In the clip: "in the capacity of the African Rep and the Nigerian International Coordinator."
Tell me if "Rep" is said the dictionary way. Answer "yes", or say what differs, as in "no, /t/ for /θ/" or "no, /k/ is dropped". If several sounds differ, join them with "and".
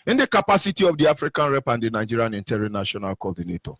yes